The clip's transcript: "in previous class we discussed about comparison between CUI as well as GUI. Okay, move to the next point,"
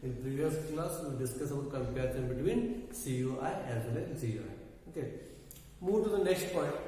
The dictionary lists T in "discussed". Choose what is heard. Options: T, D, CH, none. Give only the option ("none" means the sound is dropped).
none